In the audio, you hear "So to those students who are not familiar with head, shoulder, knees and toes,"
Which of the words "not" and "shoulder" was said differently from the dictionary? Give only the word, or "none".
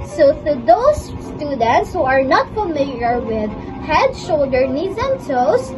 none